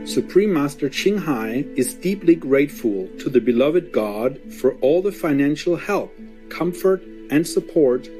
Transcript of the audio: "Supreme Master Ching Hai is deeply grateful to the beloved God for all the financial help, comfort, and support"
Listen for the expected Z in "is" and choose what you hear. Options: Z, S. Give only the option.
Z